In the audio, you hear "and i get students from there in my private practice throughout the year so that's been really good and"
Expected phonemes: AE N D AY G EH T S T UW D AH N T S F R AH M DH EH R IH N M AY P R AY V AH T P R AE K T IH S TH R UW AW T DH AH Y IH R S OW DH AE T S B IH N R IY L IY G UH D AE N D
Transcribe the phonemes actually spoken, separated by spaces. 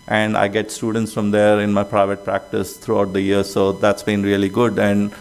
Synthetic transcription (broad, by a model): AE N D AY G EH T S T UW D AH N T S F R AH M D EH R IH N M AY P R AY V AH T P R AE K T IH S T R UW AW T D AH Y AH R S OW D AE T S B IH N R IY L IY G UH D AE N D